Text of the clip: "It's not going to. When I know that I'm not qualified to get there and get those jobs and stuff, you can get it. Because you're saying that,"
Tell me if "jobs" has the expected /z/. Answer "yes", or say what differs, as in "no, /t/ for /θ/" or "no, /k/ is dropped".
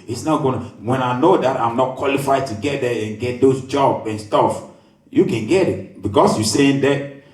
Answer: no, /z/ is dropped